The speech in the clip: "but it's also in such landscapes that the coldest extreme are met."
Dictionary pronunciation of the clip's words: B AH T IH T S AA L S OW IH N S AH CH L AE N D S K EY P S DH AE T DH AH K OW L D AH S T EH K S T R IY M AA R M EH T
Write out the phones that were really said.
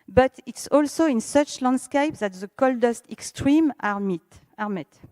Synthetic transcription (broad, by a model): B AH T IH T S AA L S OW IH N S AH CH L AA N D S K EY P DH AE T DH AH K OW L D AH S T EH K S T R IY M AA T M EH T